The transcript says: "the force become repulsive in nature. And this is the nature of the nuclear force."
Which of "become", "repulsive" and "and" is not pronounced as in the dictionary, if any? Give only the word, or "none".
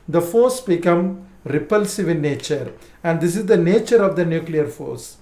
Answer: none